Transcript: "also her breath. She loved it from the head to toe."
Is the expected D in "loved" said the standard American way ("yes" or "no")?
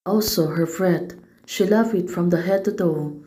no